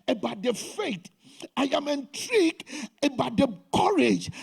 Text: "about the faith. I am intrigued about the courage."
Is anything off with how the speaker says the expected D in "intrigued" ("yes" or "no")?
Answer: yes